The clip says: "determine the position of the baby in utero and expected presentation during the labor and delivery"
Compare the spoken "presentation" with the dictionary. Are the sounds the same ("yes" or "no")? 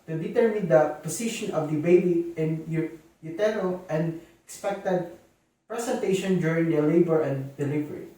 no